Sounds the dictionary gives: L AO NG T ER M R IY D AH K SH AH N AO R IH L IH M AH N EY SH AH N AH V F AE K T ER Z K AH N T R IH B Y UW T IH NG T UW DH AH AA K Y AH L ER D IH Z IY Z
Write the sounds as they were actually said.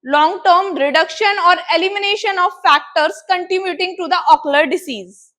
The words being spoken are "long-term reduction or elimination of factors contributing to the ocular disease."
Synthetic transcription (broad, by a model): L AO NG T ER M R IY D AH K SH AH N AO R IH L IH M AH N EY SH AH N AH V F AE K T ER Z K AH N T IH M Y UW T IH NG T UW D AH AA K L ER D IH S IY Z